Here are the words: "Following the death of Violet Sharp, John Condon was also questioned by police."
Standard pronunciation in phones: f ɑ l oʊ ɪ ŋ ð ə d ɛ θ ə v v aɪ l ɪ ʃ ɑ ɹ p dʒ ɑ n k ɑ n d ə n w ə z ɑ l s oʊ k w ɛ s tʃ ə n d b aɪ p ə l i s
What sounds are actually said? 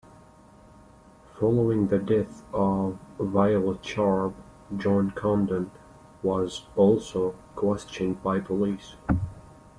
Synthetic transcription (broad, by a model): f ɑ l oʊ ɪ ŋ ð ə d ɛ θ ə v v aɪ l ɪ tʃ ɑ ɹ b dʒ ɑ n k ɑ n d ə n w ə z ɑ l s oʊ k w ɛ s tʃ ə n d b aɪ p ə l i s